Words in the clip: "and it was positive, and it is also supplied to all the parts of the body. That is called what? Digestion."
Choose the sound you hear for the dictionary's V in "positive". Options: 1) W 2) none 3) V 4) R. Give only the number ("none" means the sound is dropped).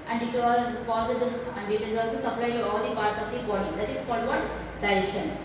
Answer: 2